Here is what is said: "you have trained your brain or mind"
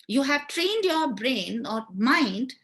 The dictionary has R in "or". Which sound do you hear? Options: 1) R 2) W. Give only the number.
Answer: 1